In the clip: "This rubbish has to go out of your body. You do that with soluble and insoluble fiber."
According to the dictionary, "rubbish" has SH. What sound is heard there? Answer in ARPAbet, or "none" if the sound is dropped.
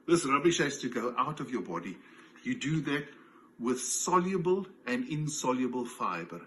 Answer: SH